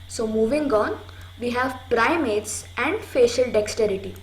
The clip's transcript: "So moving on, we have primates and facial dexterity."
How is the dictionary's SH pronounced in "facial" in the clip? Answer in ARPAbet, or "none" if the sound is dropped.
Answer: SH